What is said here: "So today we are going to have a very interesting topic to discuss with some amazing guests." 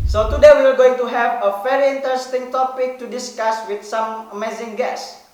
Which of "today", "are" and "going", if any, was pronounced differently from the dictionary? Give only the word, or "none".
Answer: are